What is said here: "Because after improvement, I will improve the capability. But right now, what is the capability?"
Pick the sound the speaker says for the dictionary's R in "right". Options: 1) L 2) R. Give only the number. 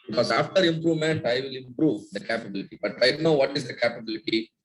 1